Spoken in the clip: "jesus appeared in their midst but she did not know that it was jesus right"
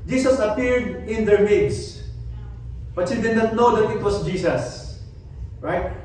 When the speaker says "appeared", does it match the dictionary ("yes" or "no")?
yes